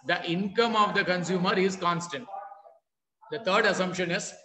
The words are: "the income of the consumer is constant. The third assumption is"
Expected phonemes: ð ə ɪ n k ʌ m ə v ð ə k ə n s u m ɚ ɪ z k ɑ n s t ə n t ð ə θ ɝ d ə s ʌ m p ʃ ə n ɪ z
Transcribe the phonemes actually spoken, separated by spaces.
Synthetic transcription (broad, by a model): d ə ɪ n k ʌ m ə v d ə k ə n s u m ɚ ɪ z k ɑ n s t ə n t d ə t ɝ d ə s ʌ m p ʃ ə n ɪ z